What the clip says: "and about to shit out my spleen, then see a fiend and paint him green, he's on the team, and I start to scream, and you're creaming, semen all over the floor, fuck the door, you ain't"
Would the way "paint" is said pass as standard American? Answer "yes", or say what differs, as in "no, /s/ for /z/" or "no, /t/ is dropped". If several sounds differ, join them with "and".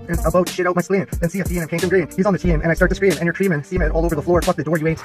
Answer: no, /n/ is dropped